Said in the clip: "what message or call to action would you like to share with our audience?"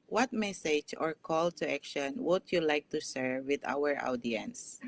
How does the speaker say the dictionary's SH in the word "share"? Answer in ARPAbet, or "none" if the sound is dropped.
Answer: S